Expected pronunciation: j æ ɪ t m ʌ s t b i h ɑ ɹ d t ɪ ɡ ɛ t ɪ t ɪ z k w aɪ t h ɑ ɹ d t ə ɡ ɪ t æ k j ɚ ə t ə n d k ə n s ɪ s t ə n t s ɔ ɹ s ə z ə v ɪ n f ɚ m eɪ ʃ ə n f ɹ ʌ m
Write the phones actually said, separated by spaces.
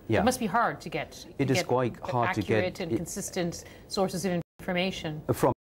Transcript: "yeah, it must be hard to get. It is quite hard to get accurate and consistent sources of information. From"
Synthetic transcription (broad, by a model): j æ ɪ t m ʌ s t b i h ɑ ɹ d t ɪ ɡ ɛ t ɪ t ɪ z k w aɪ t h ɑ ɹ d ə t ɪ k j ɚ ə t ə n k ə n s ɪ s t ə n t s ɔ ɹ s ə z ə v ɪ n f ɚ m eɪ ʃ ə n f ɹ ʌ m